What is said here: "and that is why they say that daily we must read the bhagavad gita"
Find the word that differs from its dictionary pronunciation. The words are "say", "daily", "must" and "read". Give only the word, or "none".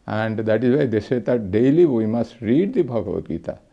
none